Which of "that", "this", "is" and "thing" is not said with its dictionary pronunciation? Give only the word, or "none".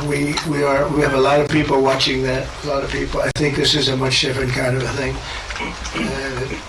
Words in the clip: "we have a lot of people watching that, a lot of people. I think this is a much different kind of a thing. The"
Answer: none